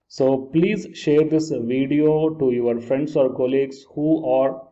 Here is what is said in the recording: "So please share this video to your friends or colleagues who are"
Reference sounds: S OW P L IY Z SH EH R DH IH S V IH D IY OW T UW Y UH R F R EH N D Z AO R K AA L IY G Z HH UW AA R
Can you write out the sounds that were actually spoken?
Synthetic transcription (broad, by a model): S OW P L IY Z SH EH R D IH S V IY D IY OW T UW Y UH R F R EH N D S AO R K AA L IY G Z HH UW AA R